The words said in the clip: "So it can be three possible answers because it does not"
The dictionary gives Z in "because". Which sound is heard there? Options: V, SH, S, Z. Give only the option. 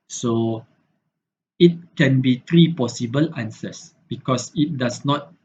S